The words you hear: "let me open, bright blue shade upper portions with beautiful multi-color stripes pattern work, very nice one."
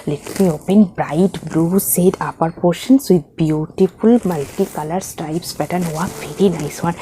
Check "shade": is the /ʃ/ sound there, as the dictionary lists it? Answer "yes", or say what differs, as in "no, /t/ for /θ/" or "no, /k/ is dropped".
no, /s/ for /ʃ/